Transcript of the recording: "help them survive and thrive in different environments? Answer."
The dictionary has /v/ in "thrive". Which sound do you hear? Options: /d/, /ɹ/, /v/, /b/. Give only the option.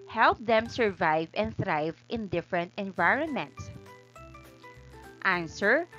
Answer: /v/